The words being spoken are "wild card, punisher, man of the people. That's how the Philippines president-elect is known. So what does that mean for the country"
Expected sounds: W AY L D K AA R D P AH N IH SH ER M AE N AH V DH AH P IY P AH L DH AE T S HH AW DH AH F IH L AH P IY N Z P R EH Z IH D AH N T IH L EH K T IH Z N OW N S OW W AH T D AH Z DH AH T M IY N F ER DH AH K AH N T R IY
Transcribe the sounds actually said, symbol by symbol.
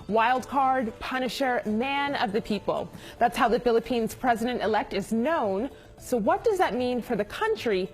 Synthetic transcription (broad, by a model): W AY L D K AA R D P AH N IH SH ER M AE N AH V DH AH P IY P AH L DH AE T S HH AW DH AH F IH L AH P IY N Z P R EH Z IH D AH N T IH L EH K T IH Z N OW N S OW W AH T D AH Z DH AH T M IY N F ER DH AH K AH N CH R IY